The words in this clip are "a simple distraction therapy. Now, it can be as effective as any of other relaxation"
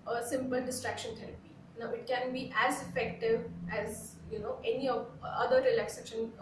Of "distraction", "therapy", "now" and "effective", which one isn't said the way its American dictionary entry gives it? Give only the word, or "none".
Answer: therapy